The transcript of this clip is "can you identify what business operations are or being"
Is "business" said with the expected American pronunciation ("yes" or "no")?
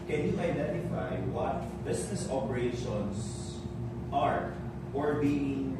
no